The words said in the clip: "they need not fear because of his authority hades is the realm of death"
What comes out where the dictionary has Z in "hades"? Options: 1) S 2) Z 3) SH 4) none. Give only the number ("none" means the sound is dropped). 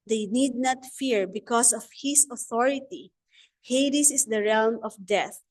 1